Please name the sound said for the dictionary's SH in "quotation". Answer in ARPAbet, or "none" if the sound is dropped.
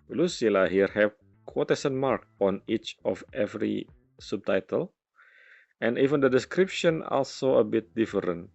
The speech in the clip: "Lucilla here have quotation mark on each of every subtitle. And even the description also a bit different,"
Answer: S